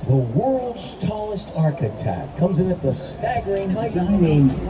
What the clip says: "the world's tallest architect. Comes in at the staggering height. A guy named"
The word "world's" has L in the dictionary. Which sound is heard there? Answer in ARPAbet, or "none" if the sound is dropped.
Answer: L